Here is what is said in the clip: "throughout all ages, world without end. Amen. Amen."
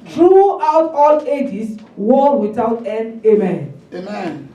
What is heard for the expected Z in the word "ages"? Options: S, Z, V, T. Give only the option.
S